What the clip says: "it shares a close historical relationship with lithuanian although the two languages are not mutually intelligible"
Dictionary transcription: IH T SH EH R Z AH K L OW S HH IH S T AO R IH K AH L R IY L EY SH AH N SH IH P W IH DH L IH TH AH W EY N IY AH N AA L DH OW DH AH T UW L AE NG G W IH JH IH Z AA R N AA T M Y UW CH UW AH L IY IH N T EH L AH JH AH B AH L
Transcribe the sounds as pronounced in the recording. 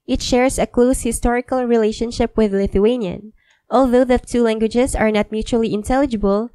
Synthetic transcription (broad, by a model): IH T SH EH R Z AH K L OW S HH IH S T AO R IH K AH L R IY L EY SH AH N SH IH P W IH DH L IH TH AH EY N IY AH N AA L DH OW DH AH T UW L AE NG G W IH JH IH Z AA R N AA T M Y UW CH UW AH L IY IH N T EH L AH JH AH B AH L